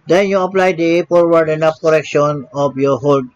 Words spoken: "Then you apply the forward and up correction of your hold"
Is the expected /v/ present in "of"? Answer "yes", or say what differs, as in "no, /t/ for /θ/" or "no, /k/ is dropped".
no, /p/ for /v/